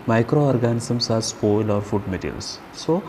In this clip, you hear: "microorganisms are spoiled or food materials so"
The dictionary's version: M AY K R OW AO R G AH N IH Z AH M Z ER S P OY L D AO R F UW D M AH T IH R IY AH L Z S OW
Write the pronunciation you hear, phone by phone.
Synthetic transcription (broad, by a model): M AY K R OW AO R G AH N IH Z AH M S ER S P OY L AO R F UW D M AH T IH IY L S S OW